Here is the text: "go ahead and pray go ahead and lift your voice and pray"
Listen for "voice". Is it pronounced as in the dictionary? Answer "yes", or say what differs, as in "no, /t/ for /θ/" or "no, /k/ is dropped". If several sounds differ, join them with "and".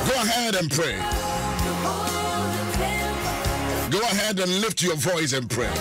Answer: yes